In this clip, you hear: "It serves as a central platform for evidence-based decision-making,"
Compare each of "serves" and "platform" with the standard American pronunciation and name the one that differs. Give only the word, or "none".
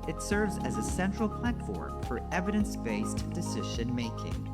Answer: none